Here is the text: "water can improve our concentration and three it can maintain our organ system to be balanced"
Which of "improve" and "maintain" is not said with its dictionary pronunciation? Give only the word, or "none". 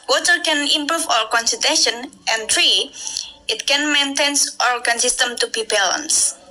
improve